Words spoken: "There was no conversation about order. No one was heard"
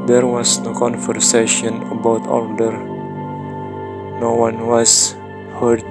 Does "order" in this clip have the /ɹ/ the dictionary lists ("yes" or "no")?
no